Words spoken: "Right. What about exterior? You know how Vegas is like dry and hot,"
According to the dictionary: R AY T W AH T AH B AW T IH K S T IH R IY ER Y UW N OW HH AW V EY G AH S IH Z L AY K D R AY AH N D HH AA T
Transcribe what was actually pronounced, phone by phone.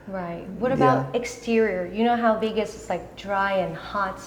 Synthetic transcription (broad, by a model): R AY T W AH T AH B AW T IH K S T IH R IY ER Y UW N OW HH AW B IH G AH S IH S L AY K D R AY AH N HH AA T